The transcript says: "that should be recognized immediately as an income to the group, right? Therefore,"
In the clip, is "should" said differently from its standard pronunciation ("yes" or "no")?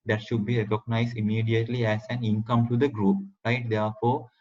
no